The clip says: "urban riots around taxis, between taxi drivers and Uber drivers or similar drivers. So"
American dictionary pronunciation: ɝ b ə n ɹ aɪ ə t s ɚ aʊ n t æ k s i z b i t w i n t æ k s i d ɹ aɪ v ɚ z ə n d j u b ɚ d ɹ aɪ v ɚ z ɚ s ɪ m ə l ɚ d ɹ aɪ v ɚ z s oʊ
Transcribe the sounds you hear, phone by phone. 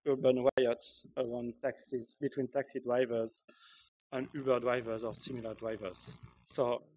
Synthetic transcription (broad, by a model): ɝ b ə n w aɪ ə t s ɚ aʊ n t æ k s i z b i t w i n t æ k s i d ɹ aɪ v ɚ z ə n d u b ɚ d ɹ aɪ v ɚ z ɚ s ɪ m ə l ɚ d ɹ aɪ v ɚ z s oʊ